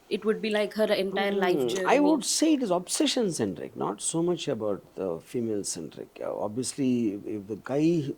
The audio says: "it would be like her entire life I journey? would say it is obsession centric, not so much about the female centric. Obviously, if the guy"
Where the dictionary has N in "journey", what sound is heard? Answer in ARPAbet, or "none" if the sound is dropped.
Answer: none